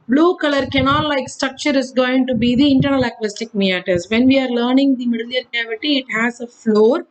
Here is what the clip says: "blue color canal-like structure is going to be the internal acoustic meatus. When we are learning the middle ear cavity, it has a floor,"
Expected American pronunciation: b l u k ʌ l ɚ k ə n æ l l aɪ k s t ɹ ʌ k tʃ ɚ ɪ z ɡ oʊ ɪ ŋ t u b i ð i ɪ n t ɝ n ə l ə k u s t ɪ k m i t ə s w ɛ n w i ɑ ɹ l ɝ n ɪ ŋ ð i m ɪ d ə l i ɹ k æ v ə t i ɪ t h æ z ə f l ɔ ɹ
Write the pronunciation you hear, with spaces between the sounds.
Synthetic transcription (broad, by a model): b l u k ʌ l ɚ k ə n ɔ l l aɪ k s t ɹ ʌ k tʃ ɚ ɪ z ɡ oʊ ɪ ŋ t u b i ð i ɪ n t ɝ n ə l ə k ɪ s t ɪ k m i t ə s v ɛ n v i ɑ ɹ l ɝ n ɪ ŋ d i m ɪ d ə l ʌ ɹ k æ v ə t i ɪ t h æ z ə f l ɔ ɹ